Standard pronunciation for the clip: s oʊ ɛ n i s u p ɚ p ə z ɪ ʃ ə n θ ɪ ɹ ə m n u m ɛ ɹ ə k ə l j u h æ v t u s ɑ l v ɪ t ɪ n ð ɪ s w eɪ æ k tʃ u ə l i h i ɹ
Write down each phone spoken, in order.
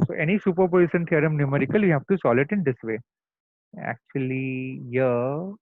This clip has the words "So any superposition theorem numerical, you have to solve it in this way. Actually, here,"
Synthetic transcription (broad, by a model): s oʊ ɛ n i s u p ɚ p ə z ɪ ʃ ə n t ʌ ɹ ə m n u m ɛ ɹ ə k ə l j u h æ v t u s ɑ l ɪ t ɪ n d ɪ s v eɪ æ k tʃ u ə l i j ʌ